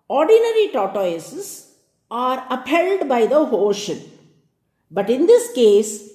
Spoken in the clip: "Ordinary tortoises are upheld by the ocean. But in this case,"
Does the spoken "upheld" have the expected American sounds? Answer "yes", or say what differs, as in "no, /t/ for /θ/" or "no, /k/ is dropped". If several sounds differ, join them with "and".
yes